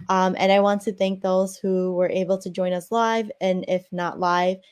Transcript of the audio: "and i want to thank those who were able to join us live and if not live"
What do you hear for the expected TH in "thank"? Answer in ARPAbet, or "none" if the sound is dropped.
TH